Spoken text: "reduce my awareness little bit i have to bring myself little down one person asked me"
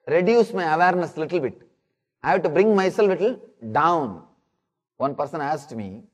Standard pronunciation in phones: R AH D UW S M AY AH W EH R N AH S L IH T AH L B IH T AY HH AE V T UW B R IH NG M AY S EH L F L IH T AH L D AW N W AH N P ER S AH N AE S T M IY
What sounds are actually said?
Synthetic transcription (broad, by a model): R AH D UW S M AY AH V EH R N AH S L IH T AH L B IH T AY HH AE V T UW B R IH NG M AY S EH L F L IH T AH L D AW N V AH N P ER S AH N AE S T M IY